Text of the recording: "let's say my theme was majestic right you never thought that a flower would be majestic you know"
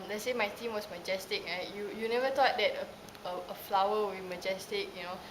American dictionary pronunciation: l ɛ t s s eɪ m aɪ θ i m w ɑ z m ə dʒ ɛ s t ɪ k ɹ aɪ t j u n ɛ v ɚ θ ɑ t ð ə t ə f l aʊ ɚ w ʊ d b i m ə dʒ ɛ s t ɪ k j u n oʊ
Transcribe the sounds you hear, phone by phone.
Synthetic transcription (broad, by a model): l ɛ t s s eɪ m aɪ t i m w ɑ s m ə dʒ ɛ s t ɪ k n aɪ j j u n ɛ v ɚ t ɑ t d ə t ə f l aʊ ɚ w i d m ə dʒ ɛ s t ɪ k j u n oʊ